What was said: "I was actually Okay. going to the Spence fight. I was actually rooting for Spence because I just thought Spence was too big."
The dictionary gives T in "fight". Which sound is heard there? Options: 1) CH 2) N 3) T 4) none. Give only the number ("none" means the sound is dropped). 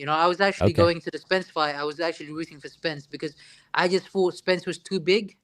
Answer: 4